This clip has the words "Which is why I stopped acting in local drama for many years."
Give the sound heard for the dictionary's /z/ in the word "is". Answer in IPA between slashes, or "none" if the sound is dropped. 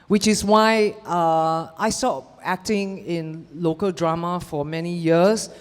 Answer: /s/